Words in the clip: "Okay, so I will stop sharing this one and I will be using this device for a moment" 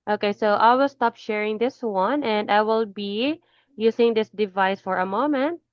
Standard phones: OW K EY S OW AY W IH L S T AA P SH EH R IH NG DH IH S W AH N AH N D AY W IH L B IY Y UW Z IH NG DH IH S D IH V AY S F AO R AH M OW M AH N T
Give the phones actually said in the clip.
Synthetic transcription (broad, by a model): OW K EY S OW AY W IH L S T AA P SH EH R IH NG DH IH S W AH N AH N D AY W IH L B IY Y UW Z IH NG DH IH S D IH V AY S F AO R AH M OW M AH N T